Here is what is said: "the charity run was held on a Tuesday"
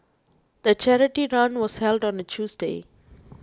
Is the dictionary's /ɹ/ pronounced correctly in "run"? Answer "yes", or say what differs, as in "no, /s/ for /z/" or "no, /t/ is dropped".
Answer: yes